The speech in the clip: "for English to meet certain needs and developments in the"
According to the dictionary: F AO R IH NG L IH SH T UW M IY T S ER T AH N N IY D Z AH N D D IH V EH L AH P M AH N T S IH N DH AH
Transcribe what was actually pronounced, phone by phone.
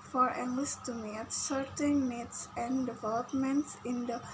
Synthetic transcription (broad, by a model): F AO R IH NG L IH S T UW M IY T S ER T AH N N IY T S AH N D D IH V EH L AH P M AH N T S IH N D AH